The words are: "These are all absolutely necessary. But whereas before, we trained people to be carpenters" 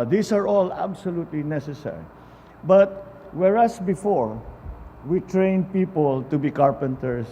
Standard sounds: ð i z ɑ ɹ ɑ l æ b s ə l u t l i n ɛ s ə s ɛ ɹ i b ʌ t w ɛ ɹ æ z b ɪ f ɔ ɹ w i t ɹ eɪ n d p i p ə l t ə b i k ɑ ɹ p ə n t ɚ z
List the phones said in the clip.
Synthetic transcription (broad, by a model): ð i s ɑ ɹ ɑ l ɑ b s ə l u t l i n ɛ s ə s ɛ ɹ i b ʌ t w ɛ ɹ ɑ s b ɪ f ɔ ɹ w i t ɹ eɪ n d p i p ə l t ə b i k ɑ ɹ p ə n t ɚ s